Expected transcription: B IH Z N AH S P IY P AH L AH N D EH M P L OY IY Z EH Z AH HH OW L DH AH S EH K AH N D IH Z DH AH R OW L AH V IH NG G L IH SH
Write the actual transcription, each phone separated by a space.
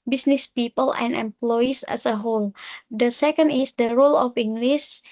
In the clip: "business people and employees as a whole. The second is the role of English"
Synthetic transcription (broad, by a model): B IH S N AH S P IY P AH L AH N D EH M P L OY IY S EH S AH HH OW L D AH S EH K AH N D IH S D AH R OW L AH F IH NG G L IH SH